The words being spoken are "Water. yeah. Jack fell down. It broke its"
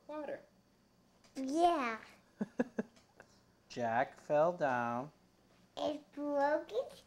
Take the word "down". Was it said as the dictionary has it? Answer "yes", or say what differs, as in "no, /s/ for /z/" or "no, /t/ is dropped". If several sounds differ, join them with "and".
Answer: yes